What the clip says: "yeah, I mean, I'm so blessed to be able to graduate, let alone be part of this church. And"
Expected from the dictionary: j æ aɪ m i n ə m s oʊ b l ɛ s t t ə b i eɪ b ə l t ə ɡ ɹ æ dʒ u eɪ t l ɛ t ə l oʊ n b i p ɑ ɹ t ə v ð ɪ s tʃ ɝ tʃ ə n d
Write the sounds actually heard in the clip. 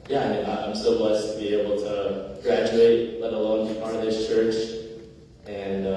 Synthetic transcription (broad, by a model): j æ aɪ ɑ ə m s oʊ b l ɛ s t t ə b i eɪ b l t ə ɡ ɹ æ dʒ u eɪ t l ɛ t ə l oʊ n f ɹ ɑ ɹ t ə v ð ɪ s tʃ ɝ tʃ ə n